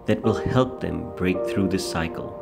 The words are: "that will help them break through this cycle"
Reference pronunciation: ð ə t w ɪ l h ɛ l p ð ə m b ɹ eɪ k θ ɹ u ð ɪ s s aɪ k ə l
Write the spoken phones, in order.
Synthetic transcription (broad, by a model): ð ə t w ɪ l h ɛ l p ð ə m b ɹ eɪ k θ ɹ u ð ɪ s s aɪ k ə l